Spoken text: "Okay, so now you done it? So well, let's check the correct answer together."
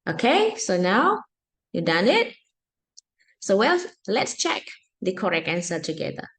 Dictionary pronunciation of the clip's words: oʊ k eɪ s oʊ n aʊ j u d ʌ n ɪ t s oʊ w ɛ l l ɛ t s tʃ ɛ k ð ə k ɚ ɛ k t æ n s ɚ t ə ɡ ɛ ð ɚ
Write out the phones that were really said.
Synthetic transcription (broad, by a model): oʊ k eɪ s oʊ n aʊ j u d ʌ n ɪ t s oʊ w ɛ l l ɛ t s tʃ ɛ k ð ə k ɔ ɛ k æ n s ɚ t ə ɡ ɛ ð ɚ